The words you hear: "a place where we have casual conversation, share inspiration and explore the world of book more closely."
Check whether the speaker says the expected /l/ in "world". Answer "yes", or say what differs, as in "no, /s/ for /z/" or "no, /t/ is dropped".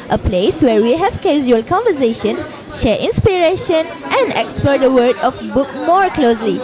no, /l/ is dropped